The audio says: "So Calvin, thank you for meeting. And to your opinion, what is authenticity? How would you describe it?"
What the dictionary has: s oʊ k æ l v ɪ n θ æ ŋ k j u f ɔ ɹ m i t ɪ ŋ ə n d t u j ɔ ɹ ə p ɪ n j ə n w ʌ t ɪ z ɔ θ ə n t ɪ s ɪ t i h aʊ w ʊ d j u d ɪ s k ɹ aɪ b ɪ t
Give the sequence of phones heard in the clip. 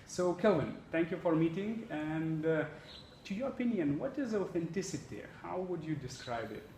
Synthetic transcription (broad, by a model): s oʊ k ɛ l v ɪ n t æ ŋ k j u f ɔ ɹ m i t ɪ ŋ ə n d t u j ɔ ɹ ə p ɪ n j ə n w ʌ t ɪ z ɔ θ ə n t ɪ s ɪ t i h aʊ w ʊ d j u d ɪ s k ɹ aɪ b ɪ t